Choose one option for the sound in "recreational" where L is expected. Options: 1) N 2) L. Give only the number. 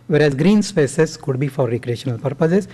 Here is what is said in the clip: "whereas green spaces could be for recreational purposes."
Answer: 2